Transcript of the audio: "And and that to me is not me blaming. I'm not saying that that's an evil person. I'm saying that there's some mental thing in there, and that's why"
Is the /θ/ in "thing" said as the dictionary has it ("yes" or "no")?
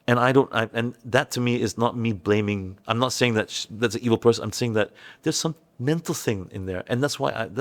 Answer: yes